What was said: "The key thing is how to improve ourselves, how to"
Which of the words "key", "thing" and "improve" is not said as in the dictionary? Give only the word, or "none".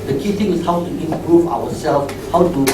thing